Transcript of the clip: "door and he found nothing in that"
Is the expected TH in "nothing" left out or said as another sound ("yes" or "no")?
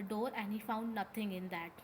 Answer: yes